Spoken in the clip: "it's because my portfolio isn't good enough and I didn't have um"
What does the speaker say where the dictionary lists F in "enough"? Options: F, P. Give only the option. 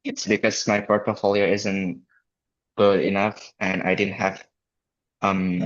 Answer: F